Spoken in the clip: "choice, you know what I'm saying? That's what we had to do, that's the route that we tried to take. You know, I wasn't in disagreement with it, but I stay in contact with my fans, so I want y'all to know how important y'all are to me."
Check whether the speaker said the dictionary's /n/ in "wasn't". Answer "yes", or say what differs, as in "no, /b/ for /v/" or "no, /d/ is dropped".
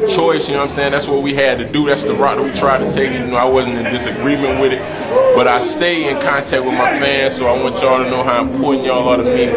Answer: yes